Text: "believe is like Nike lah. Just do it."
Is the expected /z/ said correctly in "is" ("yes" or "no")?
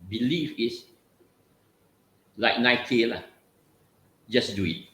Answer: no